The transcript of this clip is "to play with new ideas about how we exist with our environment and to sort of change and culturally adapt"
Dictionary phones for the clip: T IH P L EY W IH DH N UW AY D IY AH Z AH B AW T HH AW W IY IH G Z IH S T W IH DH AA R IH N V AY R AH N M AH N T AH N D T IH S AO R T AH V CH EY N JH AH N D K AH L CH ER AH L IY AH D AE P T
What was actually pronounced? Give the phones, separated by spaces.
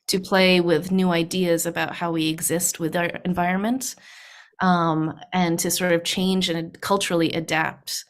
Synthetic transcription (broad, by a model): T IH P L EY W IH DH N UW AY D IY AH Z AH B AW T HH AW W IY IH G Z IH S T W IH DH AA R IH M V AY R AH N M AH N T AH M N T IH S AO R T AH V CH EY N JH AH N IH K AH L CH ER L IY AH D AE P T